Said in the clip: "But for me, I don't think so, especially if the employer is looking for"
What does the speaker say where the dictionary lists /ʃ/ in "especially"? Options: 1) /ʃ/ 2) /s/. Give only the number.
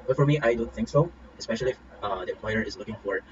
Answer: 1